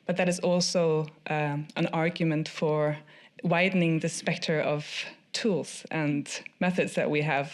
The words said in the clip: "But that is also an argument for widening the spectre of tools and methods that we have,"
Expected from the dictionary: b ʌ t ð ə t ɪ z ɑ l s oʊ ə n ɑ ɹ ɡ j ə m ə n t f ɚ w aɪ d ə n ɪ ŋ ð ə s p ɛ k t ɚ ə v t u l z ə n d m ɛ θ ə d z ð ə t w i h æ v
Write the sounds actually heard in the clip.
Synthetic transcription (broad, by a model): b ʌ t ð ə t ɪ z ɑ l s oʊ ə n ɑ ɹ ɡ j ə m ə n t f ɚ w aɪ d n ɪ ŋ ð ə s p ɛ k t ɚ ə v t u l z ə n m ɛ θ ə d z ð ə t w i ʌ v